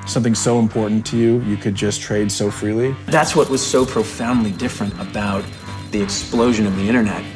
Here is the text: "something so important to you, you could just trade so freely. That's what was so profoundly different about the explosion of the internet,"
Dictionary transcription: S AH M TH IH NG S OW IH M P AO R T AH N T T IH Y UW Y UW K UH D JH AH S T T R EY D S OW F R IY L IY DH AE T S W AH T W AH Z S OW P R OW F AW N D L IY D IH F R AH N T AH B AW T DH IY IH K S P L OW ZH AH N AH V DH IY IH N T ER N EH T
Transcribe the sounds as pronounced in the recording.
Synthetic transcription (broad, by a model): S AH M TH IH NG S OW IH M P AO R T N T T IH Y UW Y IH K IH D JH AH S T T R EY D S OW F R IY L IY DH AE T S W AH T W AH Z S OW P R OW F AW N D L IY D IH F R AH N T AH B AW T DH IY IH K S P L OW ZH AH N AH V DH IY IH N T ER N EH T